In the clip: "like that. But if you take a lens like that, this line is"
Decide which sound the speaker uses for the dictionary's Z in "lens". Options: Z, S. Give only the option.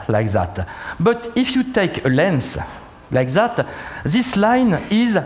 S